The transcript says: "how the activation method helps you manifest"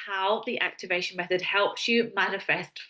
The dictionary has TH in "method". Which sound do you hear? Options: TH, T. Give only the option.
TH